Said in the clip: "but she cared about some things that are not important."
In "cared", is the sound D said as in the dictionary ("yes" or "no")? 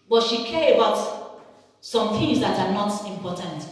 no